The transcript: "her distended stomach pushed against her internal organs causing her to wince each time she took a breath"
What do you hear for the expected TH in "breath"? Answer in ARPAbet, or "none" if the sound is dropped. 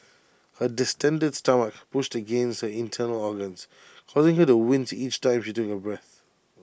TH